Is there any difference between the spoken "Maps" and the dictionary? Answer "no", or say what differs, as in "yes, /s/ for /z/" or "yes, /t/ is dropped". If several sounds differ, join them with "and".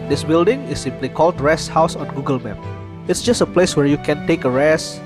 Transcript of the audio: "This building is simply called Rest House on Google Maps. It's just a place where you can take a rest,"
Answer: yes, /s/ is dropped